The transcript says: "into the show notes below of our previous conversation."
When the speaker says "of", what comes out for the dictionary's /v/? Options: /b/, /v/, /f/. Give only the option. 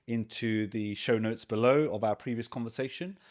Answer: /v/